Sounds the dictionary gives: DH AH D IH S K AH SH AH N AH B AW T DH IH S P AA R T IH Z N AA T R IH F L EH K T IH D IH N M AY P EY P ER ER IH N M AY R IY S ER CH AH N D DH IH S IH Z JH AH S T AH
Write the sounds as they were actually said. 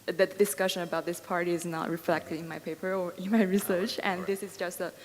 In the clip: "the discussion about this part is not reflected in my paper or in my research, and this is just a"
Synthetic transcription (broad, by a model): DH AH D IH S K AH SH AH N AH B AW T DH IH S P AA R T IH Z N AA T R IH F L EH K T IH D IH N M AY P EY P ER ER IH N M AY R IY S ER CH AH N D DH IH S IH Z JH AH S T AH